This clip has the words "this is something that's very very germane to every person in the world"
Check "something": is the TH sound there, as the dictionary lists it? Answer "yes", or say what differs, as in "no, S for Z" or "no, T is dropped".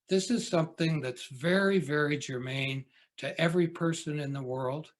yes